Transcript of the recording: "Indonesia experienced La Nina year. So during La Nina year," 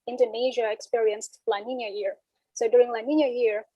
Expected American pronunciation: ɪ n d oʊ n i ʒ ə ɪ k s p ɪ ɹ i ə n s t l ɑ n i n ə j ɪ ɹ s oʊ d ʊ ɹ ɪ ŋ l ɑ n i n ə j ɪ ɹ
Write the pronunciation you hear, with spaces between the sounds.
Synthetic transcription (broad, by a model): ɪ n d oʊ n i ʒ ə ɪ k s p ɪ ɹ i ə n s t l ɑ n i n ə j ɪ ɹ s oʊ d ʊ ɹ ɪ ŋ l ɑ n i n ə j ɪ ɹ